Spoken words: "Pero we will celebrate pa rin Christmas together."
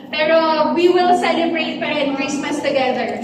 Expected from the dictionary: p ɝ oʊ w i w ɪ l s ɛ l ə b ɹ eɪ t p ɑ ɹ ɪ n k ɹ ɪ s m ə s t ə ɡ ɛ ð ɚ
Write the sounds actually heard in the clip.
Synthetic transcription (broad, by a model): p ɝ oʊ w i w ɪ l s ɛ n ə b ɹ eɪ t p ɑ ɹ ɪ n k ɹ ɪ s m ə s t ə ɡ ɛ ð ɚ